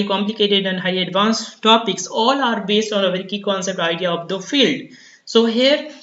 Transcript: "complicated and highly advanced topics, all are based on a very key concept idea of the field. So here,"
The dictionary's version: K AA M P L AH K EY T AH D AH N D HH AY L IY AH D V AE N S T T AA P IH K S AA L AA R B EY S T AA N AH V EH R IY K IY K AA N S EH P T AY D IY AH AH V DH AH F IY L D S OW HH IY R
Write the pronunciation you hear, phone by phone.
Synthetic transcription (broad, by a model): K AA M P L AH K EY T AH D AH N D HH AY IY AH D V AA N S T T AA P IH K S AA L AA R B EY S T AA N AH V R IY K IY K AA N S EH P T AY D IY AH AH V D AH F IY L D S OW HH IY R